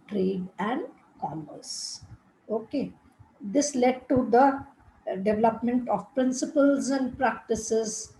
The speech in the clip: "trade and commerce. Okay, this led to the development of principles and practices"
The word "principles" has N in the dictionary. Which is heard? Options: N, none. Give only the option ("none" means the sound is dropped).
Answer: N